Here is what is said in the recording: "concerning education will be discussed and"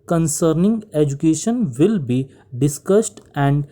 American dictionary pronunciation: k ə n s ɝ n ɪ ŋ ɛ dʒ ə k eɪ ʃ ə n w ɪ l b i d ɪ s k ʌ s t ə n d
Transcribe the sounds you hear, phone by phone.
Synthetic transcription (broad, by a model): k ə n s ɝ n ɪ ŋ ɛ dʒ ə k eɪ ʃ ə n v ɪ l b i d ɪ s k ʌ s t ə n d